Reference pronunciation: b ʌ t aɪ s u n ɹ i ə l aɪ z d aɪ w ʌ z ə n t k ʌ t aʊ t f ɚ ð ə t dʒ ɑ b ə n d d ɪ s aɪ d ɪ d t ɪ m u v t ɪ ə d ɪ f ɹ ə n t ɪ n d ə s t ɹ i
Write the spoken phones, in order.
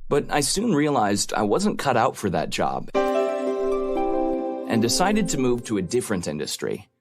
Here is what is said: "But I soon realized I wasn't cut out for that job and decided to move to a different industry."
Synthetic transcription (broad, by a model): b ʌ t aɪ s u n ɹ i ə l aɪ z d aɪ w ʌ z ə n k ʌ t aʊ t f ɚ ð ə t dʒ ɑ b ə n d d ɪ s aɪ d ɪ d t ɪ m u v t ɪ ə d ɪ f ɹ ə n t ɪ n d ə s t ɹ i